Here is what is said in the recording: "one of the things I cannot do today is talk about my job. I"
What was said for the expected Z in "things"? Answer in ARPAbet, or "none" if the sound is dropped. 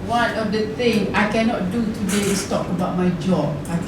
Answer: none